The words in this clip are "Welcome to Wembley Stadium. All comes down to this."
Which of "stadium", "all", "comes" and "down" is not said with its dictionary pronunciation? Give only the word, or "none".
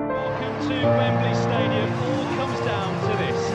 none